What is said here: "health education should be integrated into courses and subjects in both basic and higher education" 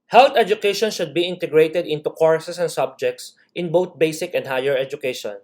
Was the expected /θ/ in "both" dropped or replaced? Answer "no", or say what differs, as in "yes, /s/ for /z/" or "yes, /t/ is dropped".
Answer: yes, /t/ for /θ/